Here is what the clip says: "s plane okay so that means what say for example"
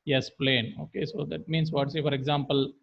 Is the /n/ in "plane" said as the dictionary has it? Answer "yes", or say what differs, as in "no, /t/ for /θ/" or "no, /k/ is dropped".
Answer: yes